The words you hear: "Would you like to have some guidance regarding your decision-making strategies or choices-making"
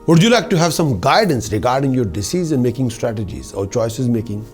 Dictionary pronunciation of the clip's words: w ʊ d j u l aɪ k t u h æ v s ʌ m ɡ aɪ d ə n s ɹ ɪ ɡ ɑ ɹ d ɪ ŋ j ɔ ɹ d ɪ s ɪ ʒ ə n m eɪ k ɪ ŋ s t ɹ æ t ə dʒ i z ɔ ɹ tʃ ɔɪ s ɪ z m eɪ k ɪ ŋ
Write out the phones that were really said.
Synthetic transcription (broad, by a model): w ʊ d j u l aɪ k t u h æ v s ʌ m ɡ aɪ d ə n s ɹ ɪ ɡ ɑ ɹ d ɪ ŋ j ɔ ɹ d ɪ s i z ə n m eɪ k ɪ ŋ s t ɹ æ t ə dʒ i z ɔ ɹ tʃ ɔɪ s ɪ z m eɪ k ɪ ŋ